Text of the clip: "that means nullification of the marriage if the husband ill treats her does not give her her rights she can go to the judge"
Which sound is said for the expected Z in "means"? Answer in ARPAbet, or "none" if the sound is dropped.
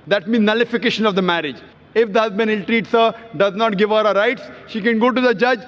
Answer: none